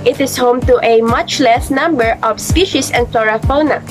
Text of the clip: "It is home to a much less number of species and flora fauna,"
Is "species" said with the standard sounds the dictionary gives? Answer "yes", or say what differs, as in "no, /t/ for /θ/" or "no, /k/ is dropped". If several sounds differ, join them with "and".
no, /s/ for /z/